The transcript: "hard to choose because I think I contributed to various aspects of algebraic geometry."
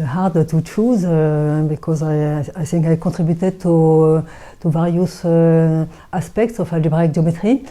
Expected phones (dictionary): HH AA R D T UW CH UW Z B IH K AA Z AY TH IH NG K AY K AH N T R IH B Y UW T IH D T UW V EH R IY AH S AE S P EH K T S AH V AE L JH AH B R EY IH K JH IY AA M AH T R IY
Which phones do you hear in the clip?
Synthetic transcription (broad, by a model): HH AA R D T UW CH UW Z B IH K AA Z AY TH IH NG K AY K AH T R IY B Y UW T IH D T UW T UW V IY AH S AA S P EH K T S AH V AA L AH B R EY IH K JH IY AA M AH T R IY